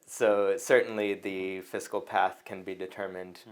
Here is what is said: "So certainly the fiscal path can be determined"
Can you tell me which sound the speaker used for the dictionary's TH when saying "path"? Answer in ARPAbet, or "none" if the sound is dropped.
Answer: TH